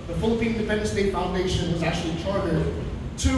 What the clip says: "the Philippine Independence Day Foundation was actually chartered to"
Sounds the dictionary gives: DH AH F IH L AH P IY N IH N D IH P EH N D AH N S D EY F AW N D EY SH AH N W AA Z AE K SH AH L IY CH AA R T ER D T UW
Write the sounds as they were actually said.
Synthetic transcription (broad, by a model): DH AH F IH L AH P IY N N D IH F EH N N S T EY F AW N D EY SH AH N W AA Z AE K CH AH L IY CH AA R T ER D T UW